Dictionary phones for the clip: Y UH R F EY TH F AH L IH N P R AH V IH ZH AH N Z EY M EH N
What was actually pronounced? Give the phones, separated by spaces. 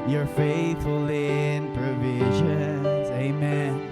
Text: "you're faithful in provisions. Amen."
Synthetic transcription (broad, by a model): Y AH R F EY TH F AH L IH N P R AH V IH ZH AH N Z EY M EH N